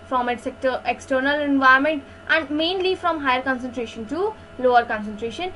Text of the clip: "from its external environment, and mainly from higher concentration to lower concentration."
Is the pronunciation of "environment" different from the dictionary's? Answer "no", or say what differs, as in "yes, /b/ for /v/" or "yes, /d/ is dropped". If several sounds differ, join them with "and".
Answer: yes, /ɹ/ is dropped